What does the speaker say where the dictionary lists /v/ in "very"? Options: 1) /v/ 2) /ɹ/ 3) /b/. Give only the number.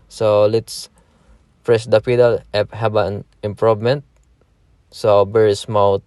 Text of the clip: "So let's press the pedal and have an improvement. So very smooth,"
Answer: 3